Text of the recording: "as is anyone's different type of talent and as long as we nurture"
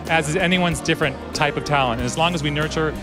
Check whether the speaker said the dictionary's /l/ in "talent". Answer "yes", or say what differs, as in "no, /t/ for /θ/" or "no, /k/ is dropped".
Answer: yes